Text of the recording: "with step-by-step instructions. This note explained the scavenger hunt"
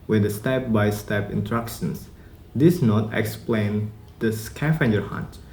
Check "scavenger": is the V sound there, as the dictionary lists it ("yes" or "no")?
no